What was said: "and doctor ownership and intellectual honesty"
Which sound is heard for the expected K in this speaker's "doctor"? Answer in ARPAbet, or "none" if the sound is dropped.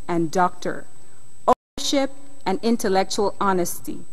K